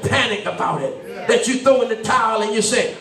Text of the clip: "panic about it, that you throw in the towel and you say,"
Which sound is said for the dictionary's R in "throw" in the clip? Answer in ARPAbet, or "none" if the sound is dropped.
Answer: none